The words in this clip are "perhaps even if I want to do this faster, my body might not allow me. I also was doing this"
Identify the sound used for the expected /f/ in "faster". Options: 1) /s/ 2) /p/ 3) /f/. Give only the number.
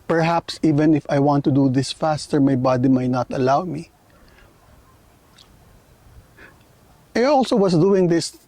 3